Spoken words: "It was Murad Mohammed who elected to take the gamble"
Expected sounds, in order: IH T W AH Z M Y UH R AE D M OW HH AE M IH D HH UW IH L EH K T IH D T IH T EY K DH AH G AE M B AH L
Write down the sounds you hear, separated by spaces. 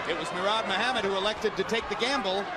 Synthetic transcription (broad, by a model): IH T W AH Z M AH R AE D M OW HH AE M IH D HH UW IH L EH K T IH D T IH T EY K DH AH G AE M B L